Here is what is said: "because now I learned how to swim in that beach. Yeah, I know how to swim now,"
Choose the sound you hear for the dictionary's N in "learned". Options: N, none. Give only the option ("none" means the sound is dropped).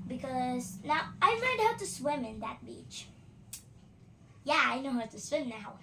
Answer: none